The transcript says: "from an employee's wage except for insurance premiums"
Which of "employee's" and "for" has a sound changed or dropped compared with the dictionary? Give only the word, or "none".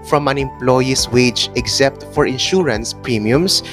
employee's